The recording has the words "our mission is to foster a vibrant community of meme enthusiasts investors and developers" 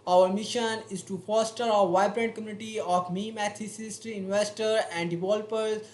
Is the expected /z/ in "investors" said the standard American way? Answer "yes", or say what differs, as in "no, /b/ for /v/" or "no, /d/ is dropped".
no, /z/ is dropped